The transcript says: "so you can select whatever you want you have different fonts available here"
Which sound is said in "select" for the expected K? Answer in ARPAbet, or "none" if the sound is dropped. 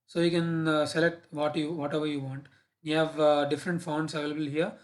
K